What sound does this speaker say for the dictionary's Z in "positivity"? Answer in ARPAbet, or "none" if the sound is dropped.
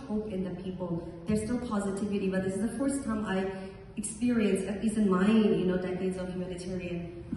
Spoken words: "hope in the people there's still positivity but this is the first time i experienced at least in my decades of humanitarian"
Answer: Z